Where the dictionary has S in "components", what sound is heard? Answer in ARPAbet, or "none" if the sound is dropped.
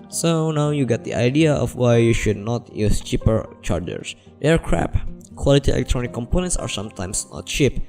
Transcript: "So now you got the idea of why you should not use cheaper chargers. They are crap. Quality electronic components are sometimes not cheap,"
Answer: S